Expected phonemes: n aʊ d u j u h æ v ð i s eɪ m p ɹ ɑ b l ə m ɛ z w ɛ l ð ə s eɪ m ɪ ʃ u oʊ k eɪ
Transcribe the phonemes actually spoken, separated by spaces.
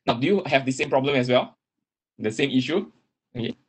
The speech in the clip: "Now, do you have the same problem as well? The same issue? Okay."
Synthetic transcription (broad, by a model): n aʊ d u j u h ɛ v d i s eɪ m p ɹ ɑ b l ə m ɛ s w ɛ l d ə s eɪ m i ʃ u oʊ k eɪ